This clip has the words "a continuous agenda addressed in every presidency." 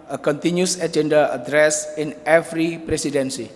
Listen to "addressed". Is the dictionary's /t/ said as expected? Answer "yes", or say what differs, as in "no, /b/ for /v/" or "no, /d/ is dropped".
no, /t/ is dropped